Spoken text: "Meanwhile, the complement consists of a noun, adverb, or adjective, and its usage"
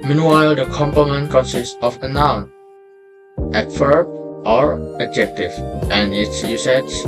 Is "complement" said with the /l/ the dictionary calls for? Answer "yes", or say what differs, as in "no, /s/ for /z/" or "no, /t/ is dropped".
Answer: no, /l/ is dropped